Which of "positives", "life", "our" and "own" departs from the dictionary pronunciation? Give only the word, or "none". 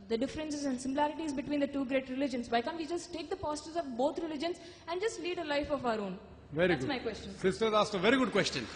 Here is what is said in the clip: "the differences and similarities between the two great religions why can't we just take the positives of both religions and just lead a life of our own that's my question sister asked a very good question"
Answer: positives